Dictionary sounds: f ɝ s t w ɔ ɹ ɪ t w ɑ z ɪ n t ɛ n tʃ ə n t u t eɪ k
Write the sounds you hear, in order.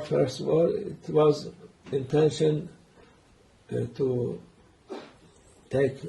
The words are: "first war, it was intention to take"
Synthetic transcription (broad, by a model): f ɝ s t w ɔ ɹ ɪ t w ɑ z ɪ n t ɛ n ʃ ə n t u t eɪ k